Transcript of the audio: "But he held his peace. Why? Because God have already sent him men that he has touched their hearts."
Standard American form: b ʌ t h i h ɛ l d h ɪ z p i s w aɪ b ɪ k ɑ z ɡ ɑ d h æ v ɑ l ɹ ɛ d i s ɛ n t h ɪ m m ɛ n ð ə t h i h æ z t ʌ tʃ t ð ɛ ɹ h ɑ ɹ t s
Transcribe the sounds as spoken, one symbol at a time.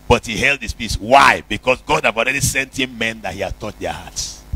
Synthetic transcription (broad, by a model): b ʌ t h i h ɛ l d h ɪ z p i s w aɪ b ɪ k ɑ s ɡ ɑ d h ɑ v ɑ l ɹ ɛ d i s ɛ n t h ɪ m m ɛ n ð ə t h i h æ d t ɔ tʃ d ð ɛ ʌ h ɑ t s